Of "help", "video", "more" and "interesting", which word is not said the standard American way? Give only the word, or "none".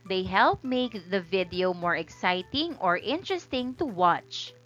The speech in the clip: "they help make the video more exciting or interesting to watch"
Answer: none